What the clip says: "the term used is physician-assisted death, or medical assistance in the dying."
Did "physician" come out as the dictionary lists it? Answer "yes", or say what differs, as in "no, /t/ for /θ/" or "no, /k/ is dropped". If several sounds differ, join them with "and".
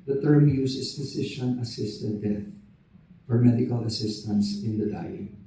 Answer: no, /s/ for /z/